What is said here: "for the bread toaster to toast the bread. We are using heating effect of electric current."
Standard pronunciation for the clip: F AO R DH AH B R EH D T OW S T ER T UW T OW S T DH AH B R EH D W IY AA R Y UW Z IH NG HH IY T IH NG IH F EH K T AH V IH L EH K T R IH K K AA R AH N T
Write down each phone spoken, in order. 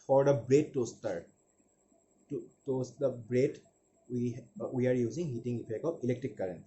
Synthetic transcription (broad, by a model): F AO R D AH B R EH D T OW S T ER T UW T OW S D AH B R EH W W IY AA R Y UW Z IH NG HH IY T IH NG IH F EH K AH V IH L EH K T R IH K K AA R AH N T